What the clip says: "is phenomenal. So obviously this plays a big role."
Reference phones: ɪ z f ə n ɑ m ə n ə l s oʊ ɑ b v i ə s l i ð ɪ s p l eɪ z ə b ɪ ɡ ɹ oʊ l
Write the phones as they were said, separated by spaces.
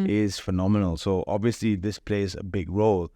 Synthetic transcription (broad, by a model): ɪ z f ə n ɑ m ə n ə l s oʊ ɑ b v i ə s l i ð ɪ s p l eɪ z ə b ɪ ɡ ɹ oʊ l